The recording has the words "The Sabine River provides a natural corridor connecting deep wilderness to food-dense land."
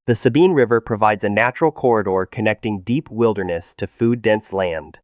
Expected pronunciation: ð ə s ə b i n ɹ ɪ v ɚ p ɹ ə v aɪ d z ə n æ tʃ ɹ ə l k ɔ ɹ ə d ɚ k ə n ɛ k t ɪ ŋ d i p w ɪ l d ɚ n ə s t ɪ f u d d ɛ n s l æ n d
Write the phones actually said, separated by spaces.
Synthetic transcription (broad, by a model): ð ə s ə b i n ɹ ɪ v ɚ p ɹ ə v aɪ d z ə n æ tʃ ɹ l k ɔ ɹ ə d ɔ k ə n ɛ k t ɪ ŋ d i p w ɪ l d ɚ n ə s t ɪ f u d d ɛ n s l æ n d